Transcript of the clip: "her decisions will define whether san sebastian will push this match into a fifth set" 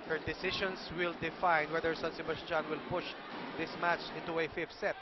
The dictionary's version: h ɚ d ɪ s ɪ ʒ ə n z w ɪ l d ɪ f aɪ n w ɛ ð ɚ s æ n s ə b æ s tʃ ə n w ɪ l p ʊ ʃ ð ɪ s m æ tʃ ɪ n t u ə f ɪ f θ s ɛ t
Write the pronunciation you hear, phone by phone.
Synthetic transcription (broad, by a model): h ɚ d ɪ s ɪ ʃ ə n s w ɪ l d ɪ f aɪ n w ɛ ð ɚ s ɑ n s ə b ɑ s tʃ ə n w ɪ l p ʊ ʃ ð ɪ s m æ tʃ ɪ n t u ə f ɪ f t s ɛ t